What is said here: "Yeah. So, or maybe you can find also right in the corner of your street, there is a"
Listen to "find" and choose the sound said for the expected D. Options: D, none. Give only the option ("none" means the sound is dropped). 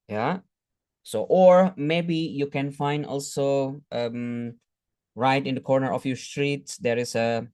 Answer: D